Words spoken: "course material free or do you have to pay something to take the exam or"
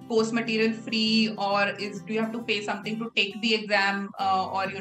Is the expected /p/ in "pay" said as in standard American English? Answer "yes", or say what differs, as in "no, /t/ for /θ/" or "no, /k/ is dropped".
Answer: no, /f/ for /p/